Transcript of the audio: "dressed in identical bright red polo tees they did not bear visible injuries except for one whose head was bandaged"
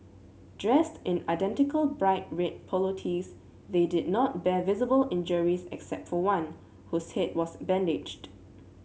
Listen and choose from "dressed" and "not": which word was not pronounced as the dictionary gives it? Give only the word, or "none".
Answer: none